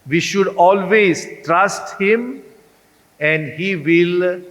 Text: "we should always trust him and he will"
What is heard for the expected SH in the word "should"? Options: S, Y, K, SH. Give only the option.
SH